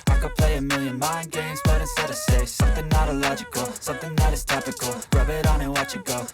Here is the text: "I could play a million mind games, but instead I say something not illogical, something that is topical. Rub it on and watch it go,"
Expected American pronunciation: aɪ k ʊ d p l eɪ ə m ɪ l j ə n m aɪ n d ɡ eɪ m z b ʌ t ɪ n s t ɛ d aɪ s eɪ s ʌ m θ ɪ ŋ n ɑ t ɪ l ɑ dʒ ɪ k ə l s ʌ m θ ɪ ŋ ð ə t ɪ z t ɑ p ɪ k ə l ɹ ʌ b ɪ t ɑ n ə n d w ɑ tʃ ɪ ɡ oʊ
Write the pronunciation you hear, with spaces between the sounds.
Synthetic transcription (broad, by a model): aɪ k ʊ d p l eɪ ə m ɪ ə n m aɪ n ɡ eɪ m z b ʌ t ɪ s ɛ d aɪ s eɪ s ʌ m θ ɪ ŋ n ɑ t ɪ l ɑ dʒ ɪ k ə l s ʌ m θ ɪ ŋ ð ə t ɪ z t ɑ p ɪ k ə l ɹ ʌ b ɪ t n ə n w ɑ tʃ ɪ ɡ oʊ